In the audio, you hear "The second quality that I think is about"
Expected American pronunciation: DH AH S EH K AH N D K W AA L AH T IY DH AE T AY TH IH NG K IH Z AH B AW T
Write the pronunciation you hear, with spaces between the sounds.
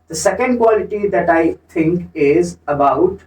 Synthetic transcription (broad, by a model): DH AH S EH K AH N D K W AA L AH T IY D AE T AY T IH NG K IH Z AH B AW T